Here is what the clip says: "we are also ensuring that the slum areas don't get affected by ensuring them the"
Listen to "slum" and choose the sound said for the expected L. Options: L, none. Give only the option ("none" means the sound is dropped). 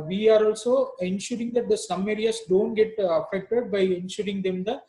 none